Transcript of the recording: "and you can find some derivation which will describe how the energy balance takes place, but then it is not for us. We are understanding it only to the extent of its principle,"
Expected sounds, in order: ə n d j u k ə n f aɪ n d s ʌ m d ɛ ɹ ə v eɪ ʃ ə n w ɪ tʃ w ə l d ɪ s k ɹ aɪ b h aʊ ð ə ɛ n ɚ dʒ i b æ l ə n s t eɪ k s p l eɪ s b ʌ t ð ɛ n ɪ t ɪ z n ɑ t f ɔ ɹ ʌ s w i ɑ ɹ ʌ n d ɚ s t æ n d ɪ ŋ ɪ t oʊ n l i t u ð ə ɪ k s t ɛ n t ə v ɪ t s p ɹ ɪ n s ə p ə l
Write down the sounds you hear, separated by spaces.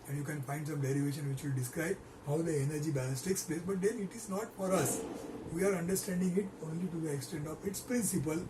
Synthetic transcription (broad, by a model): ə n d j u k ə n f aɪ n d s ʌ m d ɛ ɹ ə v eɪ ʃ ə n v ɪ tʃ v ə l d ɪ s k ɹ aɪ b h aʊ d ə ɛ n ɚ dʒ i b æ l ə s t eɪ k s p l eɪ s b ʌ t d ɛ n ɪ t ɪ z n ɑ t f ɔ ɹ ʌ s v i ɑ ɹ ʌ n d ɚ s t æ n d ɪ ŋ ɪ t oʊ n l i t u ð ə ɪ k s t ɛ n t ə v ɪ t s p ɹ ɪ n s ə p ə l